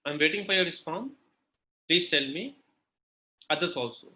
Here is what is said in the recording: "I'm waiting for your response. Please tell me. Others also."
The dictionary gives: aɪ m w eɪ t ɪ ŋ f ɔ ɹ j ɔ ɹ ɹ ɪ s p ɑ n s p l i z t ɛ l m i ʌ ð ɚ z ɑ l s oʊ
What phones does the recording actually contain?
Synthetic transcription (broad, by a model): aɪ m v eɪ t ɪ ŋ f ɔ ɹ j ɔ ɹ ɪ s f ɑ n p l i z t ɛ l m i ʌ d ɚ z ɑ l s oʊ